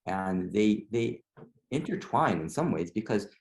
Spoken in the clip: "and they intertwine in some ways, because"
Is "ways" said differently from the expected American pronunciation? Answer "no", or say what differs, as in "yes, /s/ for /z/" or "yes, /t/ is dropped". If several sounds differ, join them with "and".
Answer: no